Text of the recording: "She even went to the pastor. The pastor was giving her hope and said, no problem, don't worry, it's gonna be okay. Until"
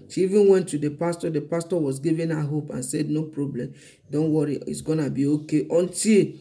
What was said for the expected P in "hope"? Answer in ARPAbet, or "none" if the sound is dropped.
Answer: P